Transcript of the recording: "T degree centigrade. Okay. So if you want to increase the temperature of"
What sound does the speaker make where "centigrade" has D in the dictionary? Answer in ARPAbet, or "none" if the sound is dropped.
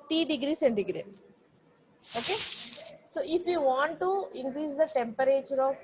none